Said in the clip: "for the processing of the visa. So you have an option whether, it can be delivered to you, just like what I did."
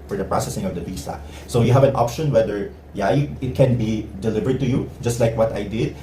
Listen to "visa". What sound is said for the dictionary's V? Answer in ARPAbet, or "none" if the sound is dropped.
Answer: B